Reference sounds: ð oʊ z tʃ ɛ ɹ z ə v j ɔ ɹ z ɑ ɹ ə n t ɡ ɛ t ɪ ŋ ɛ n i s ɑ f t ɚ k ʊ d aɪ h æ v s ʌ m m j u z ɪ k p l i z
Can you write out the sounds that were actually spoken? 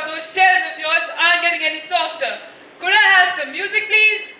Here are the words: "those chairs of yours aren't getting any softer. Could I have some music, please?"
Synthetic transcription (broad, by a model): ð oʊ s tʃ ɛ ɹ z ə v j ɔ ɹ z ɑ ə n ɡ ɛ t ɪ ŋ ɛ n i s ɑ f t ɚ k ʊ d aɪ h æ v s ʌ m m j u z ɪ k p l i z